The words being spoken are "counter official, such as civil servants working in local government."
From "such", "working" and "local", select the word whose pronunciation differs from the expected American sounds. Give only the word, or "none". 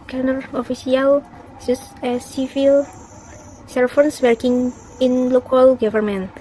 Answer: such